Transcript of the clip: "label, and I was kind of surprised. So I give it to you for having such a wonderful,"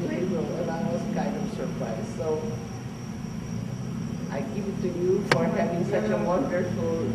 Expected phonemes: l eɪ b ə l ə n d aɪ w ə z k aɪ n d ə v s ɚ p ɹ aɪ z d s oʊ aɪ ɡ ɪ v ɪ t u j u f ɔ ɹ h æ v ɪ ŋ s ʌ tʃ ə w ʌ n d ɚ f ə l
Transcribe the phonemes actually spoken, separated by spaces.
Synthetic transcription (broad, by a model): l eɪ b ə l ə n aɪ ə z k aɪ n d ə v s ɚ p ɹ aɪ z s oʊ aɪ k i p ɪ t u j u f ɔ ɹ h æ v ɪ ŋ s ʌ tʃ ə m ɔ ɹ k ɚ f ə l